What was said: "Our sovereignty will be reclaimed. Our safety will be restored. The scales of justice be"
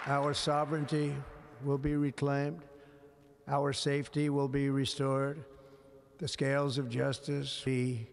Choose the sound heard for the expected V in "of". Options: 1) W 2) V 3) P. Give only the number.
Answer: 2